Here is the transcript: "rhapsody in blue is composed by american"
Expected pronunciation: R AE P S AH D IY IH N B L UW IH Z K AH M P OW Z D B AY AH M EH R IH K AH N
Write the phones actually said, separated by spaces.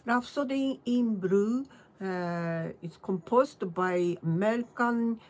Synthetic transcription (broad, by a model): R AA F S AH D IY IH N B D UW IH S K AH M P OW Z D B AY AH M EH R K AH N